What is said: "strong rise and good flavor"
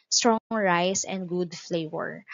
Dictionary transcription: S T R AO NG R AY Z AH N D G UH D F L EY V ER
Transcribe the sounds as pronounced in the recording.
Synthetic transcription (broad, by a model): S T R AO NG R AY S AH N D G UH D F L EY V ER